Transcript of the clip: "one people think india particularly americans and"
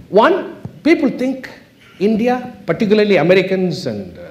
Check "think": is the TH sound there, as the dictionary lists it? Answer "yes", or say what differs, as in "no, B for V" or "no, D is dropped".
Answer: no, T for TH